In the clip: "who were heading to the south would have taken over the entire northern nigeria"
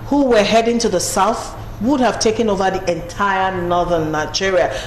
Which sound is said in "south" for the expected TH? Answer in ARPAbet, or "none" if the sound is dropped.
TH